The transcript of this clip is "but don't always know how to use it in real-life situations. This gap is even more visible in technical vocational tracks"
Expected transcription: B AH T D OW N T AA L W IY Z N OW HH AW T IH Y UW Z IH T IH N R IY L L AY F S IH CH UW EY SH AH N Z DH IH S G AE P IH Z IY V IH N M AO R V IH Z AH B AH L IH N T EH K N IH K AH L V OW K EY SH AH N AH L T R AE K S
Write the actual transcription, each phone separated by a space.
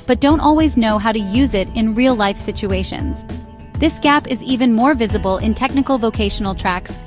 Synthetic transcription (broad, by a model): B AH T D OW N T AA L W IY Z N OW HH AW T IH Y UW Z IH T IH N R IY L L AY F S IH CH UW EY SH AH N Z DH IH S G AE P IH Z IY V IH N M AO R V IH Z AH B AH L IH N T EH K N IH K L V OW K EY SH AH N L T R AE K S